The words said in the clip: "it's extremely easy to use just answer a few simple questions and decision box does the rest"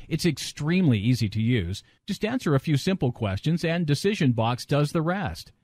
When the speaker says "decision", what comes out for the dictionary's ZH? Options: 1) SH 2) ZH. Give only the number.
2